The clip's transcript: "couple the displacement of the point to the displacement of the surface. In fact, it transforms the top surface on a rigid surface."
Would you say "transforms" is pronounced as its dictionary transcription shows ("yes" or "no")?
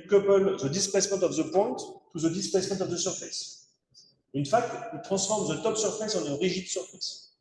no